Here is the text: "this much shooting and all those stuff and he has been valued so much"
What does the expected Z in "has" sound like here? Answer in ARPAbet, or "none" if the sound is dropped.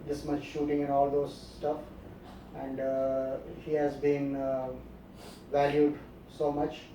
Z